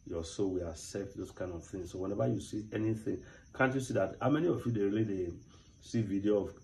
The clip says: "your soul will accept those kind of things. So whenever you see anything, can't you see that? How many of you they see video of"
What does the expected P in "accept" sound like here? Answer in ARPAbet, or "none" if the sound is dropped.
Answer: F